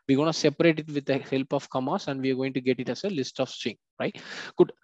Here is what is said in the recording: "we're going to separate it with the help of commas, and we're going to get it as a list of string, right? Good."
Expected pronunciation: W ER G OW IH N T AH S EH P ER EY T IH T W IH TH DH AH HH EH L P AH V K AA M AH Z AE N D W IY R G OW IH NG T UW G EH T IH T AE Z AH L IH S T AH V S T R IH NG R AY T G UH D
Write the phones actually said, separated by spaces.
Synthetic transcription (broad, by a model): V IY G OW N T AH S EH P ER EY T IH T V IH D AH HH EH L P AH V K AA M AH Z AE N D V IY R G OW IH NG T UW G EH T IH T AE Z AH L IH S T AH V S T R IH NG R AY T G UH D